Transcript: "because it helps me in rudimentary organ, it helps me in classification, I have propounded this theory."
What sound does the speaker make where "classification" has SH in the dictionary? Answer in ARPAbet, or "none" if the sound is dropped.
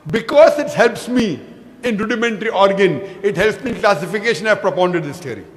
SH